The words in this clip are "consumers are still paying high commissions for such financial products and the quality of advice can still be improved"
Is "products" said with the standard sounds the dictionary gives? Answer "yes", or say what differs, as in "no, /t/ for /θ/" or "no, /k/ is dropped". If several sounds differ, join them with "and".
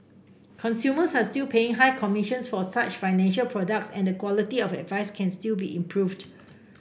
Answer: yes